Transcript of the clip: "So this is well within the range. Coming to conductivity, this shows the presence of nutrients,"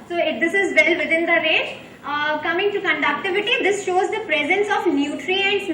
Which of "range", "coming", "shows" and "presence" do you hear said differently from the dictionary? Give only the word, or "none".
range